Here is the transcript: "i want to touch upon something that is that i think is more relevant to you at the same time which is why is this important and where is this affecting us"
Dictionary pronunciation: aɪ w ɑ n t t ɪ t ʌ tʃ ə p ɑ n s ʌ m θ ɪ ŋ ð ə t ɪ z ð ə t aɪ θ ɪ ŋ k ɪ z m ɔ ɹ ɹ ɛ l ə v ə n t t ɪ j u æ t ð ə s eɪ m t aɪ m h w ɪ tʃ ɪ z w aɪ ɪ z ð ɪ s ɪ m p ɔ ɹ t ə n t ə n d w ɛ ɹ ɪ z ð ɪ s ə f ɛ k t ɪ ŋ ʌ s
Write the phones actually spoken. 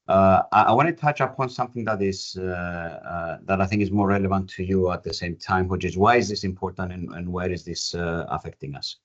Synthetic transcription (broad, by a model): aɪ w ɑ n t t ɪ t ʌ tʃ ə p ɑ n s ʌ m θ ɪ ŋ ð ə t ɪ z ð ə t aɪ θ ɪ ŋ k ɪ z m ɔ ɹ ɹ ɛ l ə v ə n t t ɪ j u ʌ t ð ə s eɪ m t aɪ m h w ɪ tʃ ɪ z w aɪ ɪ z ð ɪ s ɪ m p ɔ ɹ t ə n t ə n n w ɛ ɹ ɪ z ð ɪ s ə f ɛ k t ɪ ŋ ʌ s